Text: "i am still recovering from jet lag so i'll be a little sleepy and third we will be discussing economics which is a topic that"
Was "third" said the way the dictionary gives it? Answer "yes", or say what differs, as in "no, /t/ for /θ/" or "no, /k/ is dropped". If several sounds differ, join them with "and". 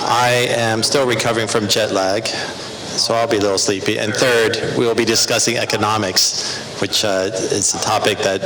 yes